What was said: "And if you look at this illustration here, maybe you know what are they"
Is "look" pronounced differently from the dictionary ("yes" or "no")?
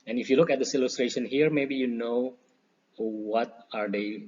no